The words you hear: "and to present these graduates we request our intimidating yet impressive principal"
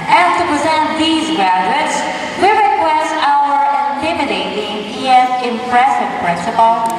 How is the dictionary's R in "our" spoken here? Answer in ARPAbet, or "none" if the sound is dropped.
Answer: W